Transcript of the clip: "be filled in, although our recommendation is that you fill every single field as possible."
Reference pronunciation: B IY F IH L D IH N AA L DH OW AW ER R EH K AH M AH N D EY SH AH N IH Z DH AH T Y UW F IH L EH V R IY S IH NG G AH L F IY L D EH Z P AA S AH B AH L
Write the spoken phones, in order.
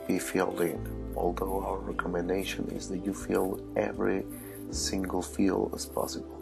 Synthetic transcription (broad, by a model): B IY F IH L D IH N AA L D OW AW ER R EH K AH M AH N D EY SH AH N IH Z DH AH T Y UW F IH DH EH V R IY S IH NG G AH L F IY L EH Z P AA S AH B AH L